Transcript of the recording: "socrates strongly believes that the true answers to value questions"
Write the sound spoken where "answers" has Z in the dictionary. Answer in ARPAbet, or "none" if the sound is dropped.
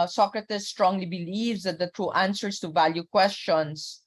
S